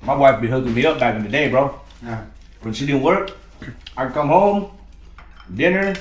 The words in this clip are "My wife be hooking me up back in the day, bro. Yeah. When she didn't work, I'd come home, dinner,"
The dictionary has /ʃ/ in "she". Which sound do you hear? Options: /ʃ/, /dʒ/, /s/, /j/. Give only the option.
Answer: /s/